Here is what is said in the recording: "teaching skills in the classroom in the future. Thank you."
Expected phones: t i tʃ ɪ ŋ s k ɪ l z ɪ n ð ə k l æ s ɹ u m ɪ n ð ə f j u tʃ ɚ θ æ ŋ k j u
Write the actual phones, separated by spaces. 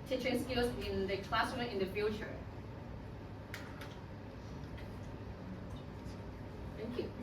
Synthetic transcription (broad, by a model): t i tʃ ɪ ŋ s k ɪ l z ɪ n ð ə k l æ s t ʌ ɪ n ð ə f j u tʃ ɚ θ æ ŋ k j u